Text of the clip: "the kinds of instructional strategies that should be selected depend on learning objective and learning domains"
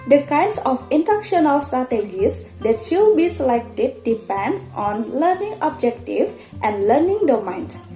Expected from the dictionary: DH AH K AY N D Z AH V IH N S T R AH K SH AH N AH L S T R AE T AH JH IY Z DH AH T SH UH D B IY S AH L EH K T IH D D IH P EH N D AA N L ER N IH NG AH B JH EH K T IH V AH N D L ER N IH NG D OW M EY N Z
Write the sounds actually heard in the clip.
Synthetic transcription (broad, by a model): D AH K AY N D S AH F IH N T AH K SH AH N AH L S T R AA T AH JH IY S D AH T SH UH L B IY S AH L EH K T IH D D IH P EH N D AA N L ER N IH NG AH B JH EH K T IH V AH N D L ER N IH NG D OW M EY N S